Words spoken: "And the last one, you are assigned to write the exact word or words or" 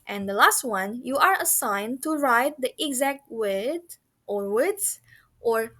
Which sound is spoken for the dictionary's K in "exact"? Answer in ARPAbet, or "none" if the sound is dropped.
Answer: K